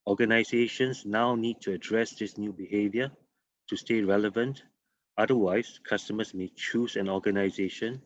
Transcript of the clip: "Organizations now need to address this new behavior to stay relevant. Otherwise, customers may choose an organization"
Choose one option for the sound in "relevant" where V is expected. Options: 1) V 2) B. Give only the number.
1